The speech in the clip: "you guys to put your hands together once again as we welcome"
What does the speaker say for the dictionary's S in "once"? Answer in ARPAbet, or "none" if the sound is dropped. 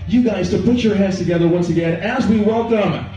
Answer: S